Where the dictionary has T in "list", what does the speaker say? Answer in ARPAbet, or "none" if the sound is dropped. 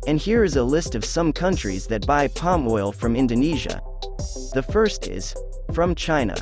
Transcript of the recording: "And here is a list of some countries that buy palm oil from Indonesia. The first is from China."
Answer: T